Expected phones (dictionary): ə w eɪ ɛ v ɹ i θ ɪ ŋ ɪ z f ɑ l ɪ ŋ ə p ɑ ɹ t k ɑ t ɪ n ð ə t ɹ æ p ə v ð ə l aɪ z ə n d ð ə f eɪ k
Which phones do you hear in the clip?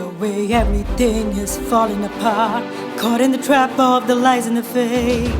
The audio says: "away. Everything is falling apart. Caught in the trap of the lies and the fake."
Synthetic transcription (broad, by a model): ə w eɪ ɛ v ɹ i θ ɪ ŋ ɪ z f ɑ l ɪ ŋ ə p ɑ ɹ t k ɑ t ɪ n ð ə t ɹ æ p ə v ð ə l aɪ z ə n ð ə f eɪ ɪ